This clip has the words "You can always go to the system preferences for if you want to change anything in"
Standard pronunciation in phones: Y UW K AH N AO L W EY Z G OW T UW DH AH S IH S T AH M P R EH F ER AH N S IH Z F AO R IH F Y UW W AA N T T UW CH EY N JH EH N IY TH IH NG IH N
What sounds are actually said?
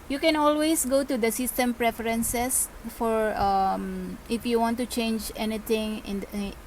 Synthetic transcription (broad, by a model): Y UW K AH N AO L W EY S G OW T UW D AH S IH S T AH M P R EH F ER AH N S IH S F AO R IH F Y UW W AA N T T UW CH EY N JH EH N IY T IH NG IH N